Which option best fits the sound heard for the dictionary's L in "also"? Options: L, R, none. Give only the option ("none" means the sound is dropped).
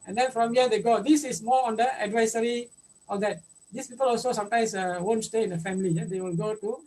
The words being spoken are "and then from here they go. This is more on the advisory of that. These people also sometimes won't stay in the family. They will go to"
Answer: L